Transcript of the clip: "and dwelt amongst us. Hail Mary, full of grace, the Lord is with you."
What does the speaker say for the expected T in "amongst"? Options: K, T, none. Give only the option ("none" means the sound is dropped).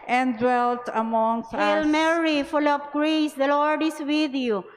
none